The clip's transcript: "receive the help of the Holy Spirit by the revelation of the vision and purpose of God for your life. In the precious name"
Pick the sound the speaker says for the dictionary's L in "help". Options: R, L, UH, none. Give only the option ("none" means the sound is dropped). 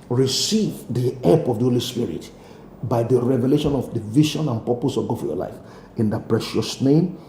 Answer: none